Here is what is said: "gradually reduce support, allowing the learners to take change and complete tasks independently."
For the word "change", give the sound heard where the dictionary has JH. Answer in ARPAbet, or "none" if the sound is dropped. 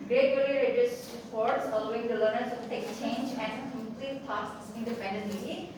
JH